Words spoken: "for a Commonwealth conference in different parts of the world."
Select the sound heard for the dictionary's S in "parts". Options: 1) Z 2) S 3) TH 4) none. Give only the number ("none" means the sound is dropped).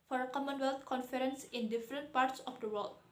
2